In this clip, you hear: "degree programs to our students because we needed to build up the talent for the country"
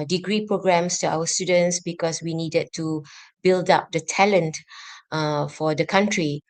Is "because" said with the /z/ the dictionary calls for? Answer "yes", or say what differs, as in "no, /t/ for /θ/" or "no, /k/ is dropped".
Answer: no, /s/ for /z/